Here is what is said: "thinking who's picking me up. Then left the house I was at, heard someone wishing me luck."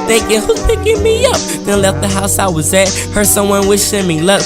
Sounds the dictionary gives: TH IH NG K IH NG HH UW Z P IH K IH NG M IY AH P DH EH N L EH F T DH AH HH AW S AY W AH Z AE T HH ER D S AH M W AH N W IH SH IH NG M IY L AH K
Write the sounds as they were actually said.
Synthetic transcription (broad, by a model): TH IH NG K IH HH UW Z P IH K IH NG M IY AH P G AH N L EH F T DH AH HH AW S AY W AH Z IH T HH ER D S AH M W AH N W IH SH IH M IY L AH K